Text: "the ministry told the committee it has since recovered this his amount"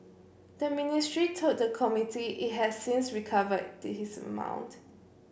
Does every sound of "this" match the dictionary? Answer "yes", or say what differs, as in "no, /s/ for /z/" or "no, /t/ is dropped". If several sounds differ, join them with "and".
no, /s/ is dropped